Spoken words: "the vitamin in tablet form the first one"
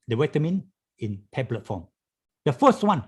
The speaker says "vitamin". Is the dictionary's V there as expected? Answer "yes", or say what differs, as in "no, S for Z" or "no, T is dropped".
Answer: no, W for V